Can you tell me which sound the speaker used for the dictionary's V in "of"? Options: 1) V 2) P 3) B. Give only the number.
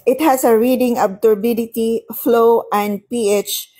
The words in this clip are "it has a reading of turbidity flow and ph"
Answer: 3